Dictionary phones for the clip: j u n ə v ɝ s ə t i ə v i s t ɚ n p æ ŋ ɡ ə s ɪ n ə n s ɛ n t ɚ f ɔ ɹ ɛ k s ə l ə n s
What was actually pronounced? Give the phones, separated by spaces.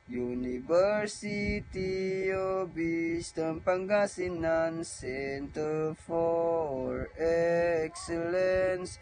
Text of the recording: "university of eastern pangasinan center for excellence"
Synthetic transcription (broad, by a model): j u n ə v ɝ s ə t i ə b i s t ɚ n p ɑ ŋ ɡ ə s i n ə n s ɛ n t ɚ f ɔ ɹ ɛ k s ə l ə n s